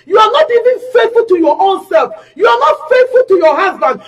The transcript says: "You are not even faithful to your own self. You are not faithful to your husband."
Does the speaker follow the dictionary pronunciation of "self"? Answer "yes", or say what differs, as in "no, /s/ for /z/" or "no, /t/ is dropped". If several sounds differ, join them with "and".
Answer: yes